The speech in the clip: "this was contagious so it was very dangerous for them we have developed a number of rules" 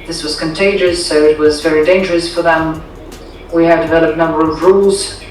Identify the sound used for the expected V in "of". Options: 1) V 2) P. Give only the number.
1